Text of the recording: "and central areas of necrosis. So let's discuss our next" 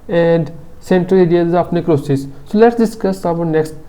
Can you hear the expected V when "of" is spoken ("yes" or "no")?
no